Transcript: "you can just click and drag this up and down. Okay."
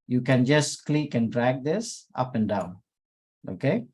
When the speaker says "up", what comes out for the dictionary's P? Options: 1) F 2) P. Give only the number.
2